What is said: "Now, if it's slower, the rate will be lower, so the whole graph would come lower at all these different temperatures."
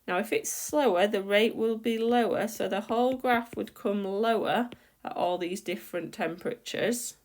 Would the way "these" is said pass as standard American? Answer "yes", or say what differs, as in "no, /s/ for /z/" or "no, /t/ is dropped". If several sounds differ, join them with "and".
yes